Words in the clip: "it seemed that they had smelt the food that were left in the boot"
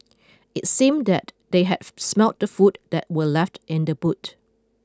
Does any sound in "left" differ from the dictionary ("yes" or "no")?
no